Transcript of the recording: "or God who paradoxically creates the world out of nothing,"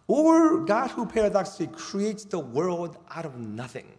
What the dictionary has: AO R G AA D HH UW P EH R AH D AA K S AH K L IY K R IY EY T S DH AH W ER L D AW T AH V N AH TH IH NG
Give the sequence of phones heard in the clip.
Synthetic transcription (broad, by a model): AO R G AA D HH UW P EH R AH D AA K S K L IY K R IY EY T S DH AH W ER L D AW T AH V N AH TH IH NG